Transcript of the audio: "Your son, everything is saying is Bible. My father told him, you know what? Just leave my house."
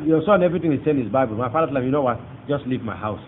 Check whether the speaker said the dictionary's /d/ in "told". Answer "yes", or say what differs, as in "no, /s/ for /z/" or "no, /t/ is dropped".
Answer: no, /d/ is dropped